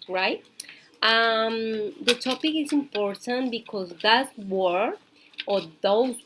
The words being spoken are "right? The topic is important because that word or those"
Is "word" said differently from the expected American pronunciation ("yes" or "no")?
yes